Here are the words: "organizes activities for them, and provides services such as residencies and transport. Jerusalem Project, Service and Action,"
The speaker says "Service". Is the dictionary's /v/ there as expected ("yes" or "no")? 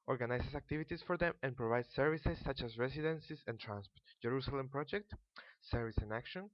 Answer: yes